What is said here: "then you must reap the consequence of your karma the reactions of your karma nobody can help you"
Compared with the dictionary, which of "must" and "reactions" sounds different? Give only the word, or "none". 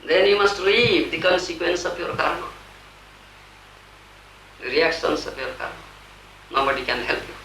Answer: reactions